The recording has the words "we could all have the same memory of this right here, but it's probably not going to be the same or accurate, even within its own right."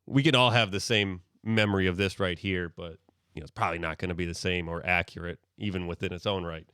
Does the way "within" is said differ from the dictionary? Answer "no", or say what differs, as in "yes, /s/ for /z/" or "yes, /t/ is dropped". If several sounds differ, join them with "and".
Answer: no